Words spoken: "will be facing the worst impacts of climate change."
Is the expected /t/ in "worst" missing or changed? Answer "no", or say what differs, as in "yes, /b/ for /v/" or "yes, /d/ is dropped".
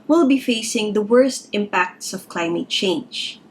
no